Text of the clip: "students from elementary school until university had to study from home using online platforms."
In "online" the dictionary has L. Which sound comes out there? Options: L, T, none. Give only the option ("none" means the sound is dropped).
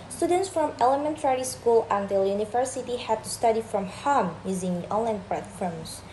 L